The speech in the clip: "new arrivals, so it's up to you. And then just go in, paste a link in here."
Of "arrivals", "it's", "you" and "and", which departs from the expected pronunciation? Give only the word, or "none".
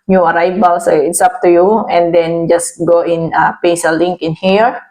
arrivals